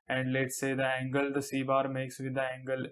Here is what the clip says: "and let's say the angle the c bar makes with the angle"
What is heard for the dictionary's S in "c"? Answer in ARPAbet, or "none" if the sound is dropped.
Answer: S